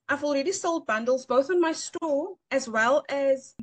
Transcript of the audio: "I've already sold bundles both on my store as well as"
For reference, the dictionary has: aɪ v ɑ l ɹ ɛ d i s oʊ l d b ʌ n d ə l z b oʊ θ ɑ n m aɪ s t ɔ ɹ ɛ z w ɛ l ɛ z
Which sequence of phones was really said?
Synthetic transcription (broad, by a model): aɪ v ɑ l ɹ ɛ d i s oʊ l d b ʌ n d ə l z b oʊ θ n m aɪ s t ɔ ɹ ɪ z w ɛ l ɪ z